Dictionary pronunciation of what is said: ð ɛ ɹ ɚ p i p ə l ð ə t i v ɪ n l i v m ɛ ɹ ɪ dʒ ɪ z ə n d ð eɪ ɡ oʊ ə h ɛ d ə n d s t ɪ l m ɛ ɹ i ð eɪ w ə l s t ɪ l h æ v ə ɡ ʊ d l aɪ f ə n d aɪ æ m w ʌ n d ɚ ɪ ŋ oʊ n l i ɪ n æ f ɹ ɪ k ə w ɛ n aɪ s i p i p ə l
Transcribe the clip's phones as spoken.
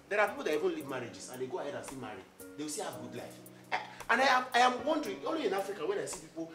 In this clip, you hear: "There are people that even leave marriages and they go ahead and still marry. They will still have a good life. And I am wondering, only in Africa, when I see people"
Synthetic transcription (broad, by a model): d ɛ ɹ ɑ p i p ə l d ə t i v ɪ n l i v m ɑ ɹ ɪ dʒ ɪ s ə n d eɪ ɡ oʊ ə h ɛ d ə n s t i m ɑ ɹ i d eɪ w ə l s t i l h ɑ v ɡ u d l aɪ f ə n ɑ aɪ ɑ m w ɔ n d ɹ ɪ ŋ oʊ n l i ɪ n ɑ f ɹ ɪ k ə w ɛ n aɪ s i p i p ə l